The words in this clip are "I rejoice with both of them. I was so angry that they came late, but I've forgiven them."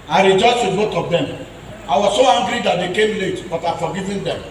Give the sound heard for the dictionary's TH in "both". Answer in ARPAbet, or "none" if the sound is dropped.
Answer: T